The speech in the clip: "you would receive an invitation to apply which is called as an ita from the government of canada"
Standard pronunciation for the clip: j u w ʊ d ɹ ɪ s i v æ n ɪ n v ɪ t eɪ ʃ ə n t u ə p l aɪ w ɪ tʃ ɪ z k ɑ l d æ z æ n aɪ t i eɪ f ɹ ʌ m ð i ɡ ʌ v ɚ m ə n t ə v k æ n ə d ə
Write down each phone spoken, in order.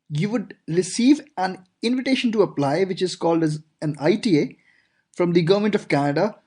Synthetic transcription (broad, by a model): j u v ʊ d ɹ ɪ s i v æ n ɪ n v ɪ t eɪ ʃ ə n t u ə p l aɪ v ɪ tʃ ɪ z k ɑ l d æ z æ n aɪ t i eɪ f ɹ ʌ m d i ɡ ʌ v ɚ m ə n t ə v k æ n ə d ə